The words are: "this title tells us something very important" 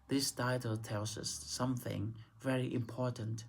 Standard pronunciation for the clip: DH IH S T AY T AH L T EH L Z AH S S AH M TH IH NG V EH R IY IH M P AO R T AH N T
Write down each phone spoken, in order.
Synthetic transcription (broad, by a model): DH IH S T AY T AH L T EH L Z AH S S AH M TH IH NG V EH R IY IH M P AO R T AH N T